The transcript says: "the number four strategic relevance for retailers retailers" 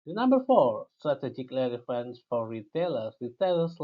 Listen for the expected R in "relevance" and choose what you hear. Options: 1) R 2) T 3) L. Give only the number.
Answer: 3